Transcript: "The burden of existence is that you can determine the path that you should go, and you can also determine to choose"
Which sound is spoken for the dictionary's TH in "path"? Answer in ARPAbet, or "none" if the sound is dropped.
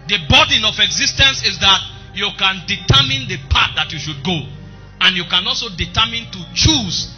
T